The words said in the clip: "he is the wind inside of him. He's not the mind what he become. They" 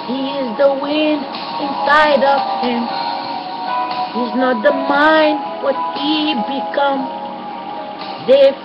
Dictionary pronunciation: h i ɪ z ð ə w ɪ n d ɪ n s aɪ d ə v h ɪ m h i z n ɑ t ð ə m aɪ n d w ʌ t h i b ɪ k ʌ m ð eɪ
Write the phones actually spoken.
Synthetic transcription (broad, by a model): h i ɪ z ð ə w ɪ n d ɪ n s aɪ d ə v h ɪ m h i z n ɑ t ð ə m aɪ n d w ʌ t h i b ɪ k ʌ m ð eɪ